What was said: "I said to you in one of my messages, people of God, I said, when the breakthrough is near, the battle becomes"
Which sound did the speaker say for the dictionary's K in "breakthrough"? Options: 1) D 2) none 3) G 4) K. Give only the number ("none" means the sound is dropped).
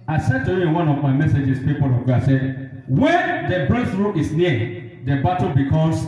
2